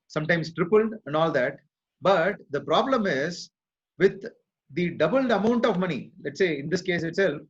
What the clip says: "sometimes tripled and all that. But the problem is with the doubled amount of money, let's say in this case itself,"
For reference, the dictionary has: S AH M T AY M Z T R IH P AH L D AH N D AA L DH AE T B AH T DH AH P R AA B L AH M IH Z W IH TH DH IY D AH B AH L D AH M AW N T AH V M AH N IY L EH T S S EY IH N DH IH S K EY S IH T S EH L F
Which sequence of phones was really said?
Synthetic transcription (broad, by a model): S AH M T AY M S T R IH P AH L D AH N D AA L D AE T B AH T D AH P R AA B L AH M IH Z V IH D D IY D AH B AH L D AH M AW N T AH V M AH N IY L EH T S S EY IH N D IH S K EY S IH T S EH L F